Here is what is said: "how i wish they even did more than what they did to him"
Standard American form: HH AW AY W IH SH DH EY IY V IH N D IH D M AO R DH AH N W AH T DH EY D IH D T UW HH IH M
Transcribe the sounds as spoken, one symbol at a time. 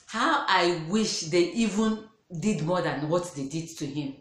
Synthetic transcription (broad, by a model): HH AW AY W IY SH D EY IY V IH N D IH D M AO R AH N W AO T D EY D IH D T UW HH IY M